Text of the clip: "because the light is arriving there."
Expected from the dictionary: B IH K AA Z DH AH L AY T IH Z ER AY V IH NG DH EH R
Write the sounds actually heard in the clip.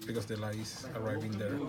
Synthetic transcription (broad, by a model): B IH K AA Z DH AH L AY IH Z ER AY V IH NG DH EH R